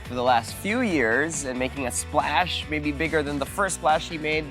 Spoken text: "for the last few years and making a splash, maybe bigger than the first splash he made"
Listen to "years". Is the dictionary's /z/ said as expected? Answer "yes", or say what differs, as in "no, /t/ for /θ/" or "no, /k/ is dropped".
yes